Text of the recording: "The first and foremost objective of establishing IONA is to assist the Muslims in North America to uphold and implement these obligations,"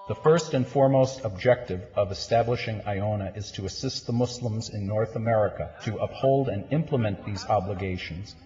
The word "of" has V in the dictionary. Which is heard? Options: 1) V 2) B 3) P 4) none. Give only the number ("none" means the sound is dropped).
1